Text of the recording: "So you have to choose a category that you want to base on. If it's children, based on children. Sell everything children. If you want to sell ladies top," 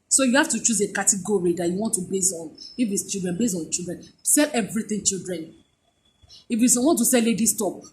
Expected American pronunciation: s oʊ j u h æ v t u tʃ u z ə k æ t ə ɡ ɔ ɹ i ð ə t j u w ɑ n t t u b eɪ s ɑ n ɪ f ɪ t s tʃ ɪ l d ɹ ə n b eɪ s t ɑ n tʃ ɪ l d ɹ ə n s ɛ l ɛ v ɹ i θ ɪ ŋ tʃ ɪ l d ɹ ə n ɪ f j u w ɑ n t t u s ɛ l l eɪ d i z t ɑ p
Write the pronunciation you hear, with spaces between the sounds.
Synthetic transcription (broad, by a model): s oʊ j u h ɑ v t u tʃ u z ə k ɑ t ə ɡ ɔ ɹ i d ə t j u w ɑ n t t u b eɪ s ɑ n ɪ f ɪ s tʃ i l d ɹ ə n b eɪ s ɑ n tʃ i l d ɹ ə n s ɛ l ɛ v ɹ i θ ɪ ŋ tʃ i l d ɹ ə n ɪ f j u w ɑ n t t u s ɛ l l eɪ d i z t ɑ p